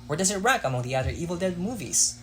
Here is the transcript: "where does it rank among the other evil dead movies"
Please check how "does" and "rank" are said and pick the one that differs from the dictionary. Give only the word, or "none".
rank